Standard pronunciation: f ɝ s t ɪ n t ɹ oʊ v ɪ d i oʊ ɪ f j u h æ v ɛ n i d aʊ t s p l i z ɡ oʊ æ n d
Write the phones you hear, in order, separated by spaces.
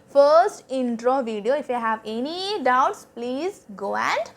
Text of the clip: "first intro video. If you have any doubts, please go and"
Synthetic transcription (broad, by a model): f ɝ s t ɪ n t ɹ oʊ v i d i oʊ ɪ f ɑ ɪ h æ v ɛ n i d aʊ t s p l i z ɡ oʊ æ n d